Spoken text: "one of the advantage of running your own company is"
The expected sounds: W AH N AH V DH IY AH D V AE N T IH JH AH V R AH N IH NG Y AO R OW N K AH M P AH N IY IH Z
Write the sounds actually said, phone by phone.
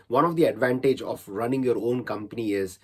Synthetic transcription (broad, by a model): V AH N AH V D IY AH D V AE N T IH JH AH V R AH N IH NG Y AO R OW N K AH M P AH N IY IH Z